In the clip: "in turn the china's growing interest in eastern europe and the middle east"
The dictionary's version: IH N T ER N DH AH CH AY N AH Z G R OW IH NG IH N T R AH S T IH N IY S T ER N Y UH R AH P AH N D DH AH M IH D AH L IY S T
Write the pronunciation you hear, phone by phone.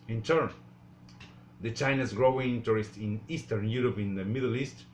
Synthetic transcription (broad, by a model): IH N T ER N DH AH CH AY N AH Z G R OW IH NG T R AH S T IH N IY S T ER N Y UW R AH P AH N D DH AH M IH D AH L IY S T